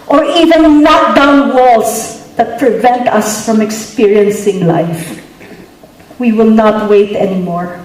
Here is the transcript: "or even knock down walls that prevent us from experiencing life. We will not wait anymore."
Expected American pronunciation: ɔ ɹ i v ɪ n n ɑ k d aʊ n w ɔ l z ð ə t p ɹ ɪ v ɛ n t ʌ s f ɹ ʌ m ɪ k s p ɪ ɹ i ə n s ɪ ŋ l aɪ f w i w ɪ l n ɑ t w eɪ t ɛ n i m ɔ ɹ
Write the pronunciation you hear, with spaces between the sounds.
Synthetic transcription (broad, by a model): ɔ ɹ i v ɪ n l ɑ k d aʊ n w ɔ l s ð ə t p ɹ ɪ v ɛ n t ʌ s f ɹ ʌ m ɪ k s p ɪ ɹ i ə n s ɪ ŋ l aɪ f w i w ɪ l n ɑ t w eɪ t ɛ n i m ɔ ɹ